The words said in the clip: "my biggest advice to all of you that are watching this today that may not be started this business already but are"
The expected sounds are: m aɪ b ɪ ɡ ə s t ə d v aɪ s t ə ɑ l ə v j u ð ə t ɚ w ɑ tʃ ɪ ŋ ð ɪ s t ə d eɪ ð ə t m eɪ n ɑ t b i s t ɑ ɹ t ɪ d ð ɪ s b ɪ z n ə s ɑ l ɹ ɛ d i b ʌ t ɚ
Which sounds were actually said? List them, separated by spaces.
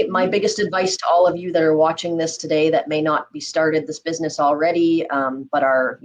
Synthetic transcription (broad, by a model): m aɪ b ɪ ɡ ə s t ə d v aɪ s t ə ɑ l ə v j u ð ə t ɚ w ɑ tʃ ɪ ŋ ð ɪ s t ə d eɪ ð ə t m eɪ n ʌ t b i s t ɑ ɹ t ɪ d ð ɪ s b ɪ z n ə s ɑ l ɹ ɛ d i b ʌ t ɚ